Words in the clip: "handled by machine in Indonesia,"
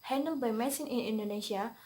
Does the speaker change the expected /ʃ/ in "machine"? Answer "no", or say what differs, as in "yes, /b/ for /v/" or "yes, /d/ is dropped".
yes, /s/ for /ʃ/